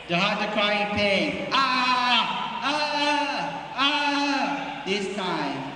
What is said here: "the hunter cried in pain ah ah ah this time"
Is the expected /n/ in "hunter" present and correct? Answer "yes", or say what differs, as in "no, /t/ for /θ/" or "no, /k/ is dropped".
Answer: no, /n/ is dropped